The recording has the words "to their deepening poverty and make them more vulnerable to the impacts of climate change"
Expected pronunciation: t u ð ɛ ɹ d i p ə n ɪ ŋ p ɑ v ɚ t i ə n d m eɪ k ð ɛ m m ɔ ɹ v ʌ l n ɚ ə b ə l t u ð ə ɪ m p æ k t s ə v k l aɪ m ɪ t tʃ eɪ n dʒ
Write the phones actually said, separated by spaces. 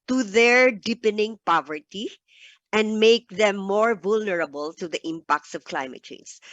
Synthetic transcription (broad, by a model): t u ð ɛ ɹ d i p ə n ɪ ŋ p ɑ v ɚ t i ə n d m eɪ k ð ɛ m m ɔ ɹ v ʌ l n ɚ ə b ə l t u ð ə ɪ m p æ k t s ə v k l aɪ m ɪ t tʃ eɪ n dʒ